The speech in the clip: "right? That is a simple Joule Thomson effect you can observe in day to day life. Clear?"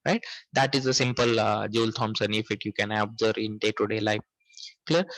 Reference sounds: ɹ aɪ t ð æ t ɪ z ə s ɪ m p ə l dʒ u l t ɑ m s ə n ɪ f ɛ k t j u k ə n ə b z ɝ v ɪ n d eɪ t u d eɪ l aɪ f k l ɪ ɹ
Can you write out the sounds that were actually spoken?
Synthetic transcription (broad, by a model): ɹ aɪ t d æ t ɪ z ə s ɪ m p ə l dʒ u l t ɑ m s ə n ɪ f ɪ t j u k ə n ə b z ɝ ɪ n d eɪ t u d eɪ l aɪ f k l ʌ ɹ